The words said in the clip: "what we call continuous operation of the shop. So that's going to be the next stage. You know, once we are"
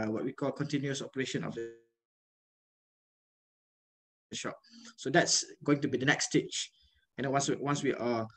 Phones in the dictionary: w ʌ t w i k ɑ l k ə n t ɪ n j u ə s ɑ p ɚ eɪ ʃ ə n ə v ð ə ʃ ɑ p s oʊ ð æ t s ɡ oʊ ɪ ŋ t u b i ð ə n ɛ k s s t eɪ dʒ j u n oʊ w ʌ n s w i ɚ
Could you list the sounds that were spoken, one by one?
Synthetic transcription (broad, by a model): w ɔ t w i k ɑ l k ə n t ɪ n j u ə s ɑ p ɚ eɪ ʃ ə n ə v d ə ʃ ɑ p s oʊ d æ t s ɡ oʊ ɪ ŋ t u b i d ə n ɛ k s s t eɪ tʃ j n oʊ w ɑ n s w i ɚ